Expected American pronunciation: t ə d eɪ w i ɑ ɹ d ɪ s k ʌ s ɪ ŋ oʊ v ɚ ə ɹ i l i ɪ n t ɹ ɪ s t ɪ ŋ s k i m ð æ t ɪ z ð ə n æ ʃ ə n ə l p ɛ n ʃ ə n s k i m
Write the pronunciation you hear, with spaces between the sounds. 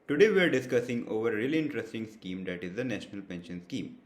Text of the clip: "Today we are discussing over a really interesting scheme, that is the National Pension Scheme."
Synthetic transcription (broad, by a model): t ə d eɪ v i ɑ ɹ d ɪ s k ʌ s ɪ ŋ oʊ v ɚ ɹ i l i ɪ n t ɹ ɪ s t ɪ ŋ s k i m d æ t ɪ z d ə n æ ʃ ə n ə l p ɛ n ʃ ə n s k i m